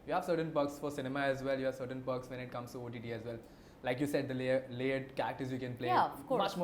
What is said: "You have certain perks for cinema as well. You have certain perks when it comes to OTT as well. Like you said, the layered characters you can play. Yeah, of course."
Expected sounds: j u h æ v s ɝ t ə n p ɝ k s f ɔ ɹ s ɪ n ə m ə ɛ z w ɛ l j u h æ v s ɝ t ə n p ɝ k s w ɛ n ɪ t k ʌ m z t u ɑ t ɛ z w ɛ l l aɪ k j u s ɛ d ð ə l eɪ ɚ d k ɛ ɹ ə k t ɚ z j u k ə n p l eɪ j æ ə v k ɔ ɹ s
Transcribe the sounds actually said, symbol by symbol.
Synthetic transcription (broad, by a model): j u h æ v s ɝ t ə n p ɝ k s f ɔ ɹ s ɪ n ə m ə ɛ z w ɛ l j u h æ v s ɝ t ə n p ɝ k s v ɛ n ɪ t k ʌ m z t u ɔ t ɛ z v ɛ l l aɪ k j u s ɛ d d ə l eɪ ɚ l ɛ ə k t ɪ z j u k ə n p l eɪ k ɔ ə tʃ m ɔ